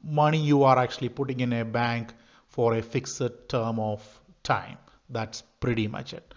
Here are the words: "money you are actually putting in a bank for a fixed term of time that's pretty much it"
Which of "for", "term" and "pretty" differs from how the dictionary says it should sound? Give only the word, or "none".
none